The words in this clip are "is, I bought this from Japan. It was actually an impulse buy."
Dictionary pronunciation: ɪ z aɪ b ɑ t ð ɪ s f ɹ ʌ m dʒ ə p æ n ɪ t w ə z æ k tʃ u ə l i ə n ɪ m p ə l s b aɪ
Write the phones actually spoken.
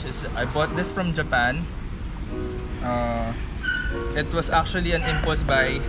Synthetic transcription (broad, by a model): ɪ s aɪ b ɑ t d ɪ s f ɹ ʌ m dʒ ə p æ n ɪ t w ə s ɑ k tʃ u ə l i ə n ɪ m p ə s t b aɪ